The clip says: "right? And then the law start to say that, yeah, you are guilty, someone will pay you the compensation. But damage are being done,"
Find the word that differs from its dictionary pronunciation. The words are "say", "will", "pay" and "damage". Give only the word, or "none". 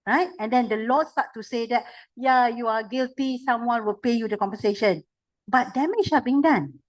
damage